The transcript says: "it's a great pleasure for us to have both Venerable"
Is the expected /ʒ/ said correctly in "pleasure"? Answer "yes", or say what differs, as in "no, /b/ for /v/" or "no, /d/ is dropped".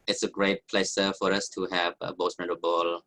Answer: no, /s/ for /ʒ/